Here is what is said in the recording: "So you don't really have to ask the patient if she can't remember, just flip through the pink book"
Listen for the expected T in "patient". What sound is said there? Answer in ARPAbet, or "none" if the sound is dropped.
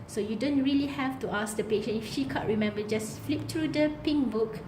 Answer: none